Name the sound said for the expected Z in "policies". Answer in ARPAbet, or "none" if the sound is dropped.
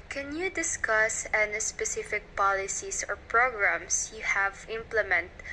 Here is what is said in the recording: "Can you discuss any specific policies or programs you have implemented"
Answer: S